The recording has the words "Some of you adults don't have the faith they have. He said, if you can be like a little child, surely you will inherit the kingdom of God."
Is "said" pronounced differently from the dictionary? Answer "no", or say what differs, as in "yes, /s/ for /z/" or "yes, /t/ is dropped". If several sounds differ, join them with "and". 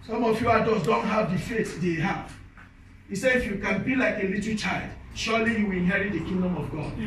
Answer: yes, /d/ is dropped